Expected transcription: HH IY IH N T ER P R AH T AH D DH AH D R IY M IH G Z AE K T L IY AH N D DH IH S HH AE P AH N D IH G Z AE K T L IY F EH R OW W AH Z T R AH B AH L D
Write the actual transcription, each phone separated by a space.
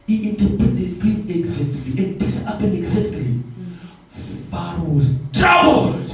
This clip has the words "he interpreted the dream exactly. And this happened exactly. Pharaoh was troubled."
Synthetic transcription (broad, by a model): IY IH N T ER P AH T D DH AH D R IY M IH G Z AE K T L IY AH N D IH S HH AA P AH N IH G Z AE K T L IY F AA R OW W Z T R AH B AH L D